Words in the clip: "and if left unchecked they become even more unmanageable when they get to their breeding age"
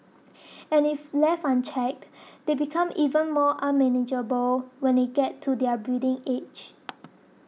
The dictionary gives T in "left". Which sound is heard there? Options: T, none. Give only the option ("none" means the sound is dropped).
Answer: none